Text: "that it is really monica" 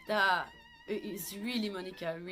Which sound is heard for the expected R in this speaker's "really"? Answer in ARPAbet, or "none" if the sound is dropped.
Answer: R